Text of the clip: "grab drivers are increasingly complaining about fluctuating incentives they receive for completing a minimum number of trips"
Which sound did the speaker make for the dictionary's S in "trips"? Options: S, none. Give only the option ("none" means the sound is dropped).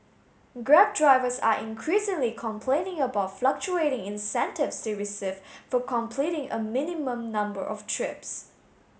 S